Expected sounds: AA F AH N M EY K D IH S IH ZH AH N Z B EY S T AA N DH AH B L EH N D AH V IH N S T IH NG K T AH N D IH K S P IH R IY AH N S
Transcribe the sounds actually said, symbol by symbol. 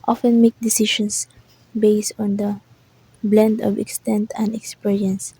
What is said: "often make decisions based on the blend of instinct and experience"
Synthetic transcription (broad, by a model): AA F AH N M EY K D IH S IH SH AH N S B EY S T AA N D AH B L EH N D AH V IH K S T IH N T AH N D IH K S P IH R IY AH N S